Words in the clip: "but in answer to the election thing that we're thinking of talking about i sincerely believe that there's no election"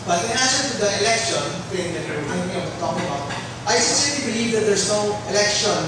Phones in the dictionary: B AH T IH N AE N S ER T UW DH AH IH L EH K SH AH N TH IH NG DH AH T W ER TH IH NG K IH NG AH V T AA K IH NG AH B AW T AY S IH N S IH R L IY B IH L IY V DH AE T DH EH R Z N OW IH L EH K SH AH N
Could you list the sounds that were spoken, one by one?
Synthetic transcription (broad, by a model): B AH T IH N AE S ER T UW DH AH IH L EH K SH AH N S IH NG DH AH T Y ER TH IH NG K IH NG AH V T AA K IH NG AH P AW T AY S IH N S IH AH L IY B IH L IY V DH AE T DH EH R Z N OW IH L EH K SH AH N